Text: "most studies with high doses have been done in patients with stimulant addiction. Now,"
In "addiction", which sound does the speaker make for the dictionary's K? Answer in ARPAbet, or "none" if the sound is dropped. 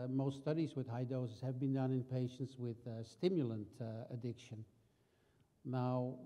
K